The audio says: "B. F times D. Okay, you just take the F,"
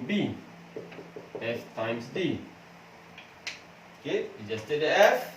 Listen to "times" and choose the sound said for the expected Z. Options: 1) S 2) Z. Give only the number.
1